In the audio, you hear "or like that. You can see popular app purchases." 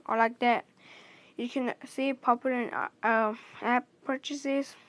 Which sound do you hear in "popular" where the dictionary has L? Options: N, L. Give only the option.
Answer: N